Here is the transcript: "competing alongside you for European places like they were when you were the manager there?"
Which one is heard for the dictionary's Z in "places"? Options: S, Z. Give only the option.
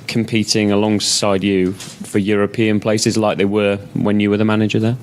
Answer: Z